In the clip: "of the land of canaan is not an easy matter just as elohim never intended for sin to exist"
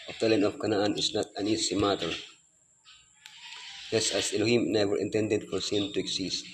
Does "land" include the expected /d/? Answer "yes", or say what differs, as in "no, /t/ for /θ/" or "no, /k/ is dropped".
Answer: no, /d/ is dropped